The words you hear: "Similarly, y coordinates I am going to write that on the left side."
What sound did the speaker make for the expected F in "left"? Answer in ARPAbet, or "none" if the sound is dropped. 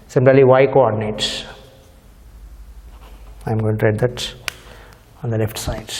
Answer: F